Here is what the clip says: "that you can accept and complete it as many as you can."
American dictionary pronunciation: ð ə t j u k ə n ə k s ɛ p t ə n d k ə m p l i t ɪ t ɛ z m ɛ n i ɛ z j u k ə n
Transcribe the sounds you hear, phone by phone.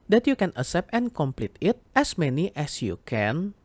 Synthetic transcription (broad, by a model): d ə t j u k ə n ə s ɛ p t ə n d k ə m p l i t ɪ t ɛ s m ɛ n i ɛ s j u k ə n